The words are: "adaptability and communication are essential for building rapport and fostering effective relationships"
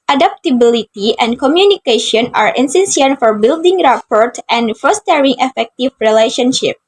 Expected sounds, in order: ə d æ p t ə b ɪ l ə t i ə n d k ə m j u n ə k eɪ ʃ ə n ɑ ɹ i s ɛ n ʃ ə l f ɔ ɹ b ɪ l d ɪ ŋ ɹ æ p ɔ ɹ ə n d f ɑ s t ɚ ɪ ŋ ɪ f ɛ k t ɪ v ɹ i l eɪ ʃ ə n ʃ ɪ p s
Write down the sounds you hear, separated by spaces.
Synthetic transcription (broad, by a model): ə d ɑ p t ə b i l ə t i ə n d k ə m j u n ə k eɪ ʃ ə n ɑ ɹ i s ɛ n s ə n f ɔ ɹ b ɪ l d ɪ ŋ ɹ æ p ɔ ɹ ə n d f ɑ s t ɚ ɪ ŋ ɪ f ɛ k t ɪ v ɹ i l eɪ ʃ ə n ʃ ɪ p